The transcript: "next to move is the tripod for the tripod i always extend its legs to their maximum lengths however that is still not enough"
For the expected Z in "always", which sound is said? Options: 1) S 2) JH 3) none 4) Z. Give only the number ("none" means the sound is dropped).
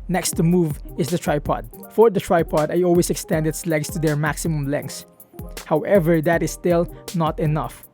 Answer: 1